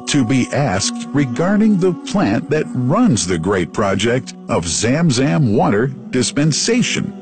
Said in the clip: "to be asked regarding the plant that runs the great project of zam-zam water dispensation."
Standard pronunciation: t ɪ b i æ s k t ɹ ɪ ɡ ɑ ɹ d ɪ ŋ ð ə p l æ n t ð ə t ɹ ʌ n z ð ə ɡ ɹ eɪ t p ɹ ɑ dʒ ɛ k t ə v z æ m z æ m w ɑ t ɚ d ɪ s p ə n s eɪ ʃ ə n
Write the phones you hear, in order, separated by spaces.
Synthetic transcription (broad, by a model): t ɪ b i æ s k t ɹ ɪ ɡ ɑ ɹ d ɪ ŋ ð ə p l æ n ð ə t ɹ ʌ n z ð ə ɡ ɹ eɪ t p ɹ ɑ dʒ ɛ k t ə v z æ m z æ m w ɑ t ɚ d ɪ s p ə n s eɪ ʃ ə n